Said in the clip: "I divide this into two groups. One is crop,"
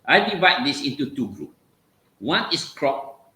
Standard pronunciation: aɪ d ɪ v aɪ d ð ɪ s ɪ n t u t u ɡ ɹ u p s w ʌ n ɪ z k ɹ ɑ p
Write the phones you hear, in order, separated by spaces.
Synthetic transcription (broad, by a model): aɪ d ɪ v aɪ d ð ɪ s ɪ n t u t u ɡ ɹ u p w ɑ n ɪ s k ɹ ɑ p